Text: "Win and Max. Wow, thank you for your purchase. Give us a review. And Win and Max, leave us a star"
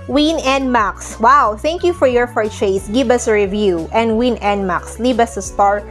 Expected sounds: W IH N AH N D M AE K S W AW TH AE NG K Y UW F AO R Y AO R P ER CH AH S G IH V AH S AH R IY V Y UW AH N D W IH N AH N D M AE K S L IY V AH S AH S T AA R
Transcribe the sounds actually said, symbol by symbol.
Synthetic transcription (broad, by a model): W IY N AH N D M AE K S W AW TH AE NG K Y UW F AO R Y AO R F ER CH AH S G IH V AH S AH R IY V Y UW AH N D W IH N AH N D M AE K S L IY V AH S AH S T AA R